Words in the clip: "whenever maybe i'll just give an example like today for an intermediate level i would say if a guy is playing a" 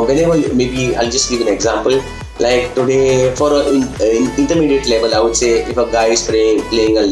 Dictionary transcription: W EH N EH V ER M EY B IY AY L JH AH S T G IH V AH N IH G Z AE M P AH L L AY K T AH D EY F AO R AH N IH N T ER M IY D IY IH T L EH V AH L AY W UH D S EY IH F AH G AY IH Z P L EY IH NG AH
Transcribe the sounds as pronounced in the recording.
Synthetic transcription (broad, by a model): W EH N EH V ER M EY B IY AY L JH AH S T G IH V AH N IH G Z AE M P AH L L AY K T AH D EY F AO R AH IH IH N T ER M IY D IY IH T L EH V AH L AY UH S EY IH F AH G AY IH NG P L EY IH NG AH